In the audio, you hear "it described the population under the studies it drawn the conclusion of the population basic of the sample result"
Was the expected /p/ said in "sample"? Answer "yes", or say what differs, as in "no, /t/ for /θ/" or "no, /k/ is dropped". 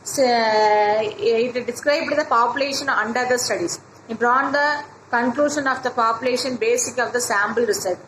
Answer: no, /b/ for /p/